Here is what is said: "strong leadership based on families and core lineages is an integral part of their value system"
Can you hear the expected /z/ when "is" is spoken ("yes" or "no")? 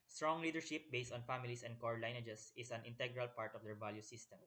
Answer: no